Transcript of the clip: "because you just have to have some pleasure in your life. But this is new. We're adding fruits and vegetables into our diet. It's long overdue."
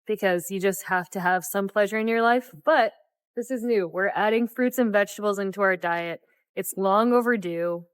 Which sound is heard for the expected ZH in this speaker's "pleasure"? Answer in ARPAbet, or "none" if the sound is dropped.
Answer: ZH